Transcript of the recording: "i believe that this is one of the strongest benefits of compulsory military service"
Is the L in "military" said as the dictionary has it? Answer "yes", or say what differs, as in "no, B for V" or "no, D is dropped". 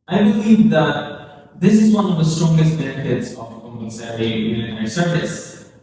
no, L is dropped